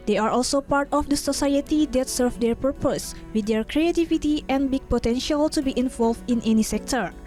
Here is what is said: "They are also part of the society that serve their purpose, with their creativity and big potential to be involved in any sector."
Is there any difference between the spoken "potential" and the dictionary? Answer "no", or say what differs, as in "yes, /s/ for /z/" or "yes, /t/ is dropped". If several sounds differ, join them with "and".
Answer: no